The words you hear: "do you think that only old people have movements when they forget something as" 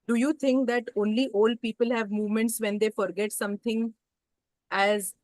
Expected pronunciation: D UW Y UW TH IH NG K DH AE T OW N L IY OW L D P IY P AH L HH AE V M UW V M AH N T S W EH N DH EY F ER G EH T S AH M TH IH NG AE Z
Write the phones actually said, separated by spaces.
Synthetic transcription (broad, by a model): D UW Y UW T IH NG K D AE T OW N L IY OW L D P IY P AH L HH AE V M UW V M AH N T S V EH N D EY F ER G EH T S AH M T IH NG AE Z